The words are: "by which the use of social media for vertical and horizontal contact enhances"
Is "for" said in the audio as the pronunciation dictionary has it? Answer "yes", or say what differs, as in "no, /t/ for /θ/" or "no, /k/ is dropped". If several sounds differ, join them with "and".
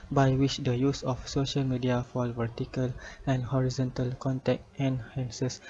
no, /l/ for /ɹ/